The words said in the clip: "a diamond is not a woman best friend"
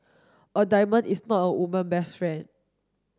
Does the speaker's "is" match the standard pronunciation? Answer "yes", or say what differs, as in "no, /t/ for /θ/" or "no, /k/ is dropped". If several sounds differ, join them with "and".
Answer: no, /s/ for /z/